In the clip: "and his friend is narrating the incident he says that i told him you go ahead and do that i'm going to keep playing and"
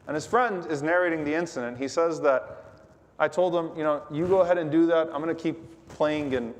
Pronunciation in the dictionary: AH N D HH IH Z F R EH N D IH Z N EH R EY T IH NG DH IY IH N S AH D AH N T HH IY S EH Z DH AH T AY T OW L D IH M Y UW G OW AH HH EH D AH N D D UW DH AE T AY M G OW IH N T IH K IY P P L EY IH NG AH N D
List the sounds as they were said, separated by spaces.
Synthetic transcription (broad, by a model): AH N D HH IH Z F R EH N D IH Z N EH R EY T IH NG DH IY IH N S AH D AH N T HH IY S EH Z DH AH T AY T OW L D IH M Y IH G OW AH HH EH D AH N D D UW DH AE T AY M G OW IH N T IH K IY P P L EY IH NG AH N